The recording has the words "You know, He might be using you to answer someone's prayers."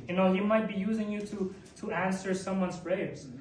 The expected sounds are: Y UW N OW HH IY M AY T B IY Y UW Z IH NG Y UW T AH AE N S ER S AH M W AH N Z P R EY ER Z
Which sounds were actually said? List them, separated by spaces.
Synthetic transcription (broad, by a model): Y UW N OW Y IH M AY T B IY Y UW Z IH NG Y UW T AH AE N S ER S AH M W AH N Z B R EY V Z